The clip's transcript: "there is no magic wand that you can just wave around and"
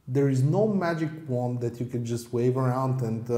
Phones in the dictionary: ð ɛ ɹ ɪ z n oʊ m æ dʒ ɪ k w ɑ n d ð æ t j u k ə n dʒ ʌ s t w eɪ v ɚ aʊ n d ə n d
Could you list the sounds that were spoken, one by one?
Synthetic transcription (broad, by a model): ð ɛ ɹ ɪ z n oʊ m æ dʒ ɪ k w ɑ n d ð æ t j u k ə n dʒ ʌ s t w eɪ v ɚ aʊ n d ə n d